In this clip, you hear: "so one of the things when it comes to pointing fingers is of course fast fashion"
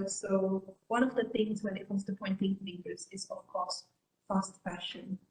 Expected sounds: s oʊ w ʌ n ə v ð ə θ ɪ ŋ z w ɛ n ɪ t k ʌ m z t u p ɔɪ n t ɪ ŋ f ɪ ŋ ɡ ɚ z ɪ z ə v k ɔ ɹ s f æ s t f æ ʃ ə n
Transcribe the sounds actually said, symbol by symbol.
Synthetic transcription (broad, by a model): s oʊ w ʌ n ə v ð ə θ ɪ ŋ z w ɛ n ɪ t k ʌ m s t u p ɔɪ n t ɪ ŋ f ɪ ɡ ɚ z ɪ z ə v k ɔ ɹ s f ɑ s t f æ ʃ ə n